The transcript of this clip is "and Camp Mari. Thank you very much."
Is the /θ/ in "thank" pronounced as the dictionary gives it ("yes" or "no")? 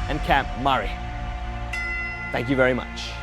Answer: yes